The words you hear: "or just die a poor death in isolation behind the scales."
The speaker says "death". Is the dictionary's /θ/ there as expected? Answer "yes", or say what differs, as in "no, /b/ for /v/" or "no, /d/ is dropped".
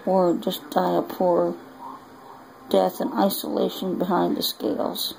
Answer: yes